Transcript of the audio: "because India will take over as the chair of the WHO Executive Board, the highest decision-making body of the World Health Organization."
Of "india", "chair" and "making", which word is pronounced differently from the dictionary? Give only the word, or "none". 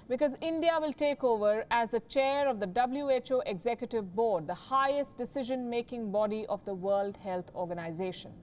none